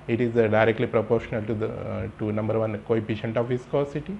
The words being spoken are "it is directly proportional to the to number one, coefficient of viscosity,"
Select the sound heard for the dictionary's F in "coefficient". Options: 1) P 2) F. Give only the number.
1